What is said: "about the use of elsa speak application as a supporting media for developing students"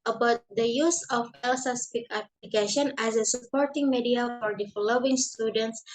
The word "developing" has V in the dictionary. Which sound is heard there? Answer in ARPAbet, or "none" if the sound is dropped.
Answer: F